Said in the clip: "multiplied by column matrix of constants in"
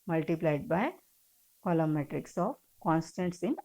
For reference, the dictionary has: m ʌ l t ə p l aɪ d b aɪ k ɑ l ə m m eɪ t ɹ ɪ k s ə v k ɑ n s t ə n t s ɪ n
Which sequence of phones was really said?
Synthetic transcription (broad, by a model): m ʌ l t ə p l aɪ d b aɪ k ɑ l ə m m eɪ t ɹ ɪ k s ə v k ɑ n s t ə n t s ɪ n